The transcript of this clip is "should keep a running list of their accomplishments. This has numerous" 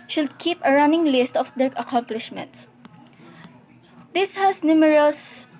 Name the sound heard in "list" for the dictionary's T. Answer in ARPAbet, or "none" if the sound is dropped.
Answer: T